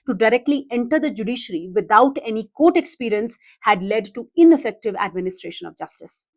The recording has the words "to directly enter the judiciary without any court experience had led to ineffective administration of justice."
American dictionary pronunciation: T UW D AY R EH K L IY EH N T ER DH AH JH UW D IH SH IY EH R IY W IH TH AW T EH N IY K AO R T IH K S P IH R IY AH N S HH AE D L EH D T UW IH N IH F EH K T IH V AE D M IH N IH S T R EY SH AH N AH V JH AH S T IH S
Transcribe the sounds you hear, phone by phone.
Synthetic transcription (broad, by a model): T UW D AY R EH K L IY EH N T ER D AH JH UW D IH SH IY R IY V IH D AW T EH N IY K AO T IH K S P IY R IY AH N S HH AE D L EH D T UW IH N IH F EH K T IH V AE D M IH N IH S T R EY SH AH N AH V JH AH S T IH S